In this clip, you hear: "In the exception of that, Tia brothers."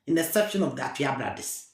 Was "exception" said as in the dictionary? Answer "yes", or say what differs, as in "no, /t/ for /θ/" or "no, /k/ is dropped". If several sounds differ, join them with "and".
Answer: no, /k/ is dropped